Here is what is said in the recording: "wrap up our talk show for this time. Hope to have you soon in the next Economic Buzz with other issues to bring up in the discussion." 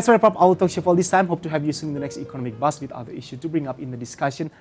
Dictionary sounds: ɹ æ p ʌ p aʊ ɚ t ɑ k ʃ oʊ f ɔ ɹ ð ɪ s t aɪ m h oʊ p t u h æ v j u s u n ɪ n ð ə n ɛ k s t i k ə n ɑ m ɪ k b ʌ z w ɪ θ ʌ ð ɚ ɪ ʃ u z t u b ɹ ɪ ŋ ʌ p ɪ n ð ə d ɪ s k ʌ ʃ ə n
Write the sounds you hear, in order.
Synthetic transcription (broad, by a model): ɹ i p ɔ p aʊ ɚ t ɑ k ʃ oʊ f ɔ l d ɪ s t aɪ m h oʊ p t u h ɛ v j u s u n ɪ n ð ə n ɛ k s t i k ə n ɑ m ɪ k b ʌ s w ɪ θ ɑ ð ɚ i ʃ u t u b ɹ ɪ ŋ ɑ p ɪ n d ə d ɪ s k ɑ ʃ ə n